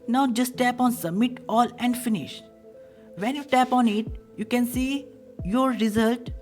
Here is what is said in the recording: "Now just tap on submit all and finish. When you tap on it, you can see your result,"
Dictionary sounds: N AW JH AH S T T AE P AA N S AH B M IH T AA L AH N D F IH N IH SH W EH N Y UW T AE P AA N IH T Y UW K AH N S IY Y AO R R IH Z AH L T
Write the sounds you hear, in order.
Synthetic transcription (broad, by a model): N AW JH AH S T T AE P AA N S AH B M IH T AA L AH N D F IH N IH SH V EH N Y UW T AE P AA N IH T Y UW K AH N S IY Y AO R R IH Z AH L T